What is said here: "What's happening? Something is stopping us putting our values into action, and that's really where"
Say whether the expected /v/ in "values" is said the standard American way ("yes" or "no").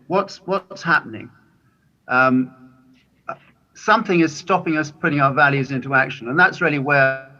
yes